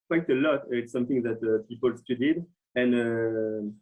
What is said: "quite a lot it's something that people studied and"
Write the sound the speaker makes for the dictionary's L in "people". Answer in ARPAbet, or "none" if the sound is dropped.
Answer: L